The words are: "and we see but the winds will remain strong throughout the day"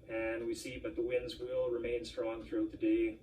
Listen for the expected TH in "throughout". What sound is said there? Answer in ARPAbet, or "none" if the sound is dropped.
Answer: TH